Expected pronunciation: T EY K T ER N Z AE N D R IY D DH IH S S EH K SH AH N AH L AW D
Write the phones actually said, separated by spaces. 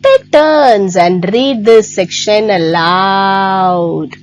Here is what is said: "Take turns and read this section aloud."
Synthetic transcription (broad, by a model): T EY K T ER N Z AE N D R IY D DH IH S S EH K SH AH N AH L AW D